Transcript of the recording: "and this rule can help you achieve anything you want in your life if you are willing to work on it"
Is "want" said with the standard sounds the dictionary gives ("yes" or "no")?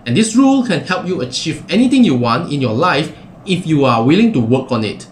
yes